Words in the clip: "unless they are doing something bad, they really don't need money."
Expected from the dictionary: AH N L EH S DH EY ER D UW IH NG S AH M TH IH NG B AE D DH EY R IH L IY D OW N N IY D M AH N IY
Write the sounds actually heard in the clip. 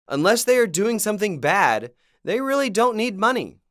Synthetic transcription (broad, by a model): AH N L EH S DH EY ER D UW IH NG S AH M TH IH NG B AE D DH EY R IH L IY D OW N N IY D M AH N IY